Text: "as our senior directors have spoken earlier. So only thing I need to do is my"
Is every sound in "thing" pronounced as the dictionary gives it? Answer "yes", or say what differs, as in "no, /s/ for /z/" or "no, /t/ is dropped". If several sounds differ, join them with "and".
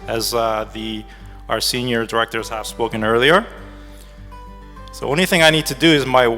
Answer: yes